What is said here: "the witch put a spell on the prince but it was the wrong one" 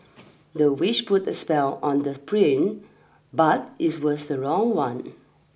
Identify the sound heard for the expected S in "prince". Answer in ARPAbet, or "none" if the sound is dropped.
none